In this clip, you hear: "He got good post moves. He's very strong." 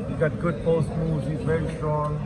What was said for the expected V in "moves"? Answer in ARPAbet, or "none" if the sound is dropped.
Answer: none